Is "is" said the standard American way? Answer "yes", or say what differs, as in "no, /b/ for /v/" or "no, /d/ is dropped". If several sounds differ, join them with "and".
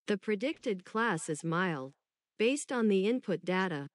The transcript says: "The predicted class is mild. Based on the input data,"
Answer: yes